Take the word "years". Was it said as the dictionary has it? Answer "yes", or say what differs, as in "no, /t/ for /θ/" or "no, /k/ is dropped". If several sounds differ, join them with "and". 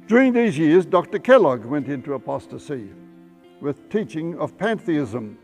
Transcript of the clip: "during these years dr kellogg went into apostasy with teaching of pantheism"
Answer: yes